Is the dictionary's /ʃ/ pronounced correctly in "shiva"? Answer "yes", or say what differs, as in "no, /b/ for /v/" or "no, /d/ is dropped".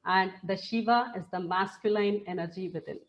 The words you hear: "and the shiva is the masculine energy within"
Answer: yes